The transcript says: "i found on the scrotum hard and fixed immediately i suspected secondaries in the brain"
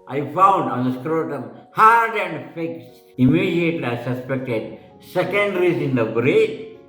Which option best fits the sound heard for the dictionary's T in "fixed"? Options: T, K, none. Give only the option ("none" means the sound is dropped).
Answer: none